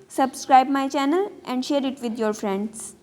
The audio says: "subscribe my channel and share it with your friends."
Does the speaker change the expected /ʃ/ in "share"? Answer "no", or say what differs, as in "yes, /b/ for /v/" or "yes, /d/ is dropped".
no